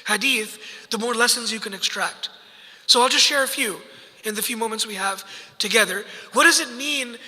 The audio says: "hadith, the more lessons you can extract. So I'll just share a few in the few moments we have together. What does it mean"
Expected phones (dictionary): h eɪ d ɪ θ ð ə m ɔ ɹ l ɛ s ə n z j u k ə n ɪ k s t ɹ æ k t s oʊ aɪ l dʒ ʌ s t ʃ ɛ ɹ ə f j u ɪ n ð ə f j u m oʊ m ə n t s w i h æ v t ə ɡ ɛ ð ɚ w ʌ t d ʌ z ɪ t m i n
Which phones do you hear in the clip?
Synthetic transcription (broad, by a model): h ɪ d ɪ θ ð ə m ɔ ɹ l ɛ s ə n z j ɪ k ə n ɪ k s t ɹ æ k t s oʊ aɪ l dʒ ʌ s t ʃ ɛ ɹ ə f j u ɪ n ð ə f j u m oʊ m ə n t s w i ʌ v t ə ɡ ɛ ð ɚ w ʌ t d ʌ z ɪ t m i n